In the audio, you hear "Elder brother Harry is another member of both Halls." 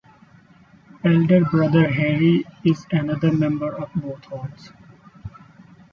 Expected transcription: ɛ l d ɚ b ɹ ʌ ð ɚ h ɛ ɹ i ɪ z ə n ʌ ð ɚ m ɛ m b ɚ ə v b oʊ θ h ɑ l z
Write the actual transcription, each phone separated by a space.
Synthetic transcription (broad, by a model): ɛ l d ɚ b ɹ ʌ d ɚ h ɛ ɹ i ɪ z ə n ʌ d ɚ m ɛ m b ɚ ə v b oʊ t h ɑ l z